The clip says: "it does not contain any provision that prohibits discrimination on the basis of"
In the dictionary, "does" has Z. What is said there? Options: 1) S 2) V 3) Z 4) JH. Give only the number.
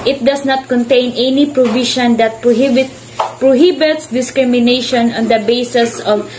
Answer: 1